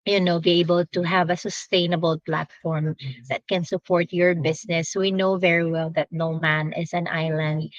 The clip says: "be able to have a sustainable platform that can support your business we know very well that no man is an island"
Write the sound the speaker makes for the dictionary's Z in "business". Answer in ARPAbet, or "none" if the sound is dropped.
S